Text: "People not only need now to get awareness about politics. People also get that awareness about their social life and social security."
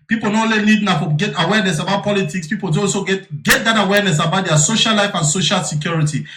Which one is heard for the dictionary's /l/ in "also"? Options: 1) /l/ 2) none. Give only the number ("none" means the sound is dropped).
2